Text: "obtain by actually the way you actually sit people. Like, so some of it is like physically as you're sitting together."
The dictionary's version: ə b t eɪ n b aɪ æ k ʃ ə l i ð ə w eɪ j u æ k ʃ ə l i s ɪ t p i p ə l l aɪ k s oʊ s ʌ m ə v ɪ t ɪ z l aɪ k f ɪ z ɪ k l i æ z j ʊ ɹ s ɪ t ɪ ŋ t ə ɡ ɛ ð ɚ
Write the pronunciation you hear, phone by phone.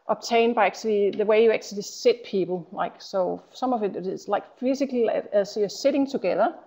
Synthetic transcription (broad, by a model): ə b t eɪ n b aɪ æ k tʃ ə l i ð ə w eɪ j u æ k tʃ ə l i s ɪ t p i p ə l l aɪ k s oʊ s ʌ m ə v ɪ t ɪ s l aɪ k f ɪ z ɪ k l i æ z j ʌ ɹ s ɪ t ɪ ŋ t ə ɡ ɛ ð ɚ